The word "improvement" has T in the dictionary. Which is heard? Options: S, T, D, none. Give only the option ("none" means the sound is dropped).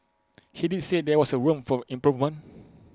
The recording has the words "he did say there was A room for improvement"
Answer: none